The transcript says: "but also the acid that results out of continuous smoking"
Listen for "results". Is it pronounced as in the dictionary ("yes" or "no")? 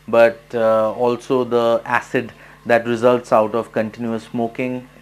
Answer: yes